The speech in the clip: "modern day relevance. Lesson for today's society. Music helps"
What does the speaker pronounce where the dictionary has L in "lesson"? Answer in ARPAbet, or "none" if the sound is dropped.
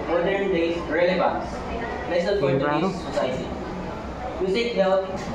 N